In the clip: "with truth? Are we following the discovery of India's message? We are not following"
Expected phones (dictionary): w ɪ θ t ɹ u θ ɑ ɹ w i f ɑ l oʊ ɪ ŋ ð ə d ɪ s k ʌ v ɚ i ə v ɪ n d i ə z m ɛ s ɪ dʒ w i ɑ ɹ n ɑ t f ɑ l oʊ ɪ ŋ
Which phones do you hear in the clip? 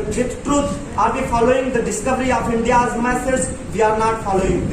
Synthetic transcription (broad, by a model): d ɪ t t ɹ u t ɑ ɹ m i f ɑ l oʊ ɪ ŋ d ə d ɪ s k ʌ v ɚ i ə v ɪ n d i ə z m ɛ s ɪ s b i ɑ ɹ n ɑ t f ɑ l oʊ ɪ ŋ